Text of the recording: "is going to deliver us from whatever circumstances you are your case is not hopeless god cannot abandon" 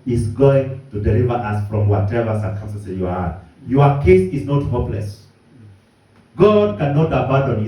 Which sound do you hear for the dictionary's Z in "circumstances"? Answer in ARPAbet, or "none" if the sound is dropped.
none